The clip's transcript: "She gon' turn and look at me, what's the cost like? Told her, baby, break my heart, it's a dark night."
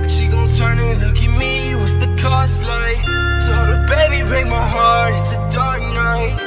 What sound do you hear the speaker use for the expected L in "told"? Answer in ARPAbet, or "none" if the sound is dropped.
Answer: none